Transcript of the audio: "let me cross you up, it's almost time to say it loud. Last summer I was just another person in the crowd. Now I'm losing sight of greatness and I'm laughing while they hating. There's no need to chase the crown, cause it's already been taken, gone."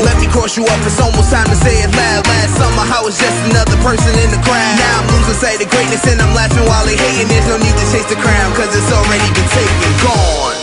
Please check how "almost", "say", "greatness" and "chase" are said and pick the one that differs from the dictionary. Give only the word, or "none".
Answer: almost